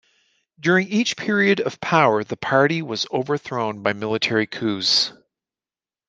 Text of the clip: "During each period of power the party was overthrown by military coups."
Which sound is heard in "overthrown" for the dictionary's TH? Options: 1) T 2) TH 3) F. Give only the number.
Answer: 2